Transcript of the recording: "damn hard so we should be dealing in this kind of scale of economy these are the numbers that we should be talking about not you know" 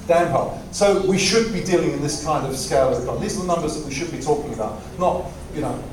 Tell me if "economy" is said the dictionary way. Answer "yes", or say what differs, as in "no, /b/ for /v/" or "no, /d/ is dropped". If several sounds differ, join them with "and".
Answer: no, /m/ is dropped